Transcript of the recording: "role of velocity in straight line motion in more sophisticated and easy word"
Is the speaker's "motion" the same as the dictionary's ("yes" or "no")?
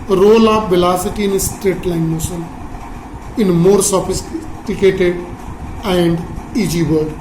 no